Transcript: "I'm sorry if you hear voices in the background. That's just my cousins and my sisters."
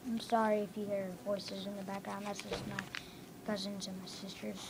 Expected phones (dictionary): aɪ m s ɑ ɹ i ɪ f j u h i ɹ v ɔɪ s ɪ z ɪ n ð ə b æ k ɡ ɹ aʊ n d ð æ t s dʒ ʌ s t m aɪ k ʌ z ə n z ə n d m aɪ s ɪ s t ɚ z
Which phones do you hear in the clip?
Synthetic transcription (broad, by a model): aɪ m s ɑ ɹ i ɪ f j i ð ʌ ɹ v ɔɪ s ɪ z ɪ n ð ə b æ k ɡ ɹ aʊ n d ð æ t s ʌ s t m aɪ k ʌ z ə n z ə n m aɪ s ɪ s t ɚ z